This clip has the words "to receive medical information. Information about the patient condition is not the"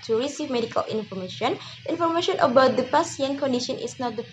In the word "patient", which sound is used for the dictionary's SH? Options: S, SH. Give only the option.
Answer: S